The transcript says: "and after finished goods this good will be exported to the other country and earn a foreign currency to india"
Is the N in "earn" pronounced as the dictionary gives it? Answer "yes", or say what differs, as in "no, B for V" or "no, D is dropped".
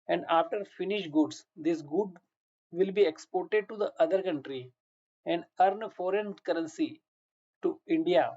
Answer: yes